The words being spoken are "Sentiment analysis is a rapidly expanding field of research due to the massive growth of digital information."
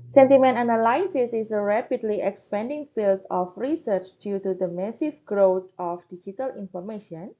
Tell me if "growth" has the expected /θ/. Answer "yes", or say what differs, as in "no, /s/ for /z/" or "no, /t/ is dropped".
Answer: no, /t/ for /θ/